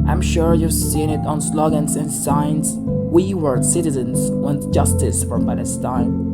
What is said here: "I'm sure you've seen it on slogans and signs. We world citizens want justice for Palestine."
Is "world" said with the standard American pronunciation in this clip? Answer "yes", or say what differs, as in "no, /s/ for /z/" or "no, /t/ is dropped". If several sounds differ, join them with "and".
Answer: no, /l/ is dropped